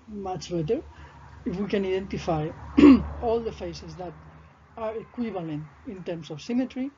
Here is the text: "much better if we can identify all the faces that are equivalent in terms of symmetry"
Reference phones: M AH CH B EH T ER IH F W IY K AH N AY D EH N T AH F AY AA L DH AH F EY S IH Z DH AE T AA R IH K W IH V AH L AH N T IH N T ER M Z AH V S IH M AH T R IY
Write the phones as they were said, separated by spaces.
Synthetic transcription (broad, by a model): M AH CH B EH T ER IH F W IY K AH N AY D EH N T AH F AY AA L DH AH F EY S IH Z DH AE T AA R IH K W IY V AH L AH N T IH N T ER M S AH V S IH M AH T R IY